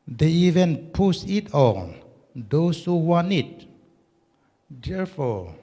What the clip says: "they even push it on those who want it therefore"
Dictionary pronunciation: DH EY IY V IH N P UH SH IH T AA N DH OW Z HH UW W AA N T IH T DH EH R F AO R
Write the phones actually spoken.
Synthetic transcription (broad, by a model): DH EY IY V IH N P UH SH IH T AA N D OW S HH UW W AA N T IH T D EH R F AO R